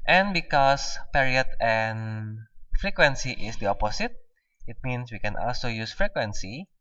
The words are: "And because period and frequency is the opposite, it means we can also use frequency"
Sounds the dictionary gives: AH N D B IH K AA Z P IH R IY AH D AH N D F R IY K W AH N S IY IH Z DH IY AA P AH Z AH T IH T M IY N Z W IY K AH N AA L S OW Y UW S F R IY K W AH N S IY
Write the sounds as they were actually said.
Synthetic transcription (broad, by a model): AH N B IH K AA S P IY R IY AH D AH N F R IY K W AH N S IY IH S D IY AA P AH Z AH T IH T M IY N S W IY K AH N AA L S OW Y UW S F R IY K W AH N S IY